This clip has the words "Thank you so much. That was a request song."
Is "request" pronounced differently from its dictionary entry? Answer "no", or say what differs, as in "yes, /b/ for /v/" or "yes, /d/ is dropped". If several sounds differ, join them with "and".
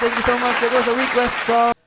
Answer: yes, /w/ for /ɹ/